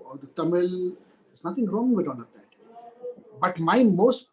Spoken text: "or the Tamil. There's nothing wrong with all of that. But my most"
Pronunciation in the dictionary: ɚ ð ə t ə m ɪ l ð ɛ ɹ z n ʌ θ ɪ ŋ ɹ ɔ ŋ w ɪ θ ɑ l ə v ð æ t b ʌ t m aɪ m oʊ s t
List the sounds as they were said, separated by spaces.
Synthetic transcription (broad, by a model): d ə t ə m ɪ l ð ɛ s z n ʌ t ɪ ŋ ɹ ɔ ŋ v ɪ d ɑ n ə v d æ t b ʌ t m aɪ m oʊ s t